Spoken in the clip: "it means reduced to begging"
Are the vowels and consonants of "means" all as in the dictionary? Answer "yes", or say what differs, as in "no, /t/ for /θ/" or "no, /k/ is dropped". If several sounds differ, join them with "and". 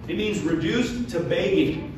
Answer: yes